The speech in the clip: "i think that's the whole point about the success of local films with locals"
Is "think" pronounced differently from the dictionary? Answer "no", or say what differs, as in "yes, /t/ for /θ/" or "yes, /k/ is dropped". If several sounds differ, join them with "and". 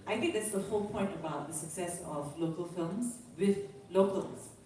yes, /t/ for /θ/